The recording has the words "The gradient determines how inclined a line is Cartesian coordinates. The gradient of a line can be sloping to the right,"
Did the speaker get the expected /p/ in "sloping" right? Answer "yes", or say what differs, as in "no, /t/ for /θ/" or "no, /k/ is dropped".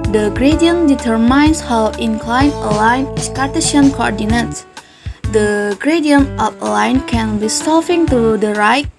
no, /f/ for /p/